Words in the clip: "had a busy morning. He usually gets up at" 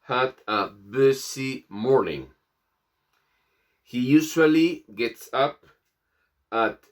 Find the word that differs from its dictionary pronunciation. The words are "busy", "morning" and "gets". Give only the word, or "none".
busy